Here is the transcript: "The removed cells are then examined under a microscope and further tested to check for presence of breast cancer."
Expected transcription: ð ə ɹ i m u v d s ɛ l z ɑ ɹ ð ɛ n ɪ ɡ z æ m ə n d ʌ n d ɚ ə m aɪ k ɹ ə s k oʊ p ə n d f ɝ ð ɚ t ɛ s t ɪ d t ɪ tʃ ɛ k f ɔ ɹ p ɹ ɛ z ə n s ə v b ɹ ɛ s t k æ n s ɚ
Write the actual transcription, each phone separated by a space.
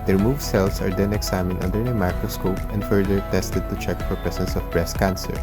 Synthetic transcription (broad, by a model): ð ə ɹ m u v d s ɛ l s ɑ ɹ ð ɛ n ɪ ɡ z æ m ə n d ʌ n d ɚ ə m aɪ k ɹ ə s k oʊ p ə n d f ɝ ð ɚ t ɛ s t ɪ d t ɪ tʃ ɛ k f ɔ ɹ p ɹ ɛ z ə n s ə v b ɹ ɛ s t k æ n s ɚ